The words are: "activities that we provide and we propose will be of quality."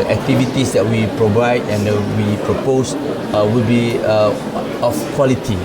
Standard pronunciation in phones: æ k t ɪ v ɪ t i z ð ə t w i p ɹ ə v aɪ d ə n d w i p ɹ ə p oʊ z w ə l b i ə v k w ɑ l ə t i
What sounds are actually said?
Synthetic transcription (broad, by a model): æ k t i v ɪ t i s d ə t w i p ɹ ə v aɪ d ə n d w i p ɹ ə p oʊ s w ə l b i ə f k w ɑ l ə t i